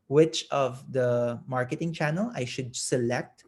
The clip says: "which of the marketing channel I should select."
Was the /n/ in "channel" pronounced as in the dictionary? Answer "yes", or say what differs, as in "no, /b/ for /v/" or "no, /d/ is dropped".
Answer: yes